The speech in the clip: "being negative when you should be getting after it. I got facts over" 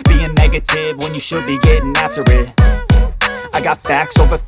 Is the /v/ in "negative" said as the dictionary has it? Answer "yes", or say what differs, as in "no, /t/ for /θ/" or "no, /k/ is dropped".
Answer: yes